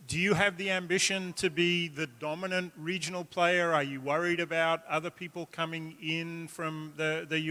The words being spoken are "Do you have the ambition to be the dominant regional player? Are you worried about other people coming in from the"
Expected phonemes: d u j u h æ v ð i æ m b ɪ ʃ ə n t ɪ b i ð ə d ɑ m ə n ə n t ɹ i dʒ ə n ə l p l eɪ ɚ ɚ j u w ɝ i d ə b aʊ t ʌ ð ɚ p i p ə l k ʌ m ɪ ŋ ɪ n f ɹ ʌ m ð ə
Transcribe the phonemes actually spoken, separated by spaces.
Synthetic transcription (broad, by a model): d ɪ j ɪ v ð i æ m b ɪ ʃ ə n t ɪ b i ð ə d ɑ m ə n ə n t ɹ i dʒ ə n l p l eɪ ɚ ɚ j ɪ w ɝ i d ə b aʊ t ʌ ð ɚ p i p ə l k ʌ m ɪ ŋ ɪ n f ɹ ʌ m ð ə